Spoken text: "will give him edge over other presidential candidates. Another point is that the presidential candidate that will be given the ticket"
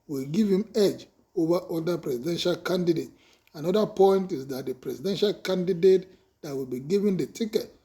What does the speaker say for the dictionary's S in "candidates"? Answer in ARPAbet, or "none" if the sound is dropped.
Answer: none